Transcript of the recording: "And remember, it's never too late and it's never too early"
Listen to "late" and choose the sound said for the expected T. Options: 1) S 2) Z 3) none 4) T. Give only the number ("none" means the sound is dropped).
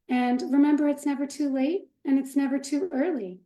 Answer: 4